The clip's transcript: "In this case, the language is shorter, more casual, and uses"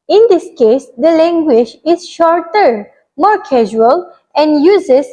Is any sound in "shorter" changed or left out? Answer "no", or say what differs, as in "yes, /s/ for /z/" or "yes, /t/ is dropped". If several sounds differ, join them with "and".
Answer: no